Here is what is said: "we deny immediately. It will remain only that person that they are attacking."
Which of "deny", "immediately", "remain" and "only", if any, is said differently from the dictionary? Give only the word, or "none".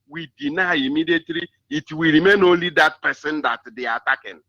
only